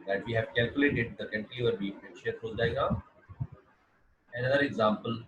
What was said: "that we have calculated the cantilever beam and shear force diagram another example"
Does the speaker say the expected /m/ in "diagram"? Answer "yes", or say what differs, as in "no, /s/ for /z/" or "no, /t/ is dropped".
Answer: no, /m/ is dropped